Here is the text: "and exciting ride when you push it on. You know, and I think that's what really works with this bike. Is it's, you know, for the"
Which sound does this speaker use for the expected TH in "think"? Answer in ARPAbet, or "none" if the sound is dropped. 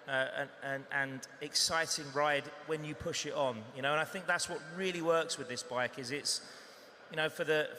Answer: TH